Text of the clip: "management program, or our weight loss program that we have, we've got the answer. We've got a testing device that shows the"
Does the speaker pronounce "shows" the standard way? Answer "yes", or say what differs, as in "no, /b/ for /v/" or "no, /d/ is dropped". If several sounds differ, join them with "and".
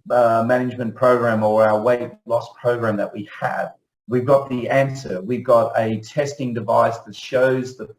yes